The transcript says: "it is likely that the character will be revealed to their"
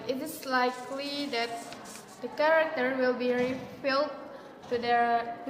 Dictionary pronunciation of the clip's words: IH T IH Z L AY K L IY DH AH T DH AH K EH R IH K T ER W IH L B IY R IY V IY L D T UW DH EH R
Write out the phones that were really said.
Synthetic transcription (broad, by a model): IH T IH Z L AY K L IY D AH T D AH K EH R IH K T ER W IH L B IY R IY F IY L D T UW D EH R